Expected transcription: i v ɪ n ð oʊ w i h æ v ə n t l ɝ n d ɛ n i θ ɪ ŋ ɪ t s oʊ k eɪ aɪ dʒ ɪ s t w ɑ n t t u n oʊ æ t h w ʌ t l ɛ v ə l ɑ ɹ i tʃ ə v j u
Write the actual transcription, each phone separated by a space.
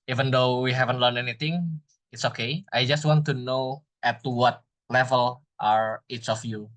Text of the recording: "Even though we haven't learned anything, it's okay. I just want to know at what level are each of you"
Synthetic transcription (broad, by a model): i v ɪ n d oʊ w i h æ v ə n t l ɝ n ɛ n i t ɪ ŋ ɪ t s oʊ k eɪ aɪ dʒ ɪ s t w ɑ n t t u n oʊ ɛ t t w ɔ t l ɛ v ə l ɑ ɹ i s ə f j u